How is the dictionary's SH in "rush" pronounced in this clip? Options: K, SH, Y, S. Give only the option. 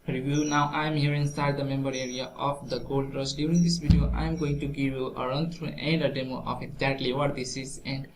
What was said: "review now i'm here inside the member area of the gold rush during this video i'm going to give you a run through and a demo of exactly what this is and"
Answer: S